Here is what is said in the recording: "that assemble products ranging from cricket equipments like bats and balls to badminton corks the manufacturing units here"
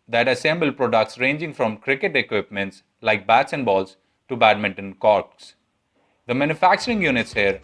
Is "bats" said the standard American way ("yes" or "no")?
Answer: yes